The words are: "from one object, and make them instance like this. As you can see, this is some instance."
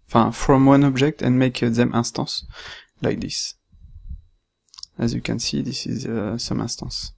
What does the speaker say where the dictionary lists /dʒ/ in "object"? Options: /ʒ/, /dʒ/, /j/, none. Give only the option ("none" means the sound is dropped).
/dʒ/